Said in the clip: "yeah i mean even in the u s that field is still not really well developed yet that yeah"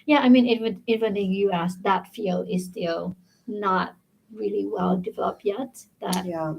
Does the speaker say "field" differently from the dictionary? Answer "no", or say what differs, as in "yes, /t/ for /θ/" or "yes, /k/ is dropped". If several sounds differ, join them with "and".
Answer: yes, /d/ is dropped